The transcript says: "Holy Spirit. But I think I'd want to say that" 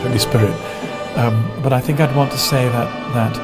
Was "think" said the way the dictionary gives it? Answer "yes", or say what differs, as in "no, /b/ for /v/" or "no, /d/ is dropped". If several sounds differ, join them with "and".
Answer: yes